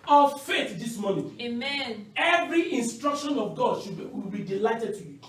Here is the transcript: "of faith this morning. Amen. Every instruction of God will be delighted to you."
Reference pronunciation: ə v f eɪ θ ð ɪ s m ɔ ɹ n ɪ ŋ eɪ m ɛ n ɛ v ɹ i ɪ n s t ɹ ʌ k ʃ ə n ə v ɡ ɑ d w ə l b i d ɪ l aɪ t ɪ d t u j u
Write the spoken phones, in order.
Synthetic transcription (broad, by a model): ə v f eɪ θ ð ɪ s m ɔ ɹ n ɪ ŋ eɪ m ɛ n ɛ v ɹ i ɪ n s t ɹ ʌ k ʃ ə n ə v ɡ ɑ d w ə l b i d ɪ l aɪ t ɪ d t u j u